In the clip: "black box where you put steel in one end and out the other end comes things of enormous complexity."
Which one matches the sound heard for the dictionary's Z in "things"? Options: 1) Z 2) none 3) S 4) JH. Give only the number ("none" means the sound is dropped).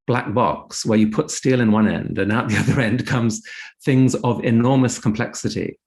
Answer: 1